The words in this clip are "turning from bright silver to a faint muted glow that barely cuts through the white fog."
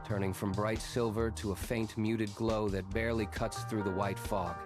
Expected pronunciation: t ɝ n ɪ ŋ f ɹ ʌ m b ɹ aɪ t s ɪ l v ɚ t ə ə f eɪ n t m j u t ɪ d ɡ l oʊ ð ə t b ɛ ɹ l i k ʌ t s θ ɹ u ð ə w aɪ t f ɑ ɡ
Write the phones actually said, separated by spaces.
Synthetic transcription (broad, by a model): t ɝ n ɪ ŋ f ɹ ʌ m b ɹ aɪ t s ɪ l v ɚ t ə ə f eɪ n t m j u t ɪ d ɡ l oʊ ð ə t b ɛ ɹ l i k ʌ t s θ ɹ u ð ə w aɪ t f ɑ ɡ